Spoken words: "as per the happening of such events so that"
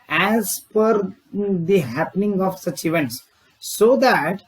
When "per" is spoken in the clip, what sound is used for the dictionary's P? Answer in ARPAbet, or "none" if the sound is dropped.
F